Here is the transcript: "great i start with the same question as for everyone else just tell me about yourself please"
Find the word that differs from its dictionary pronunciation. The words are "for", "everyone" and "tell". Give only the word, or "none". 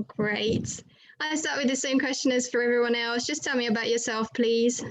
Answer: none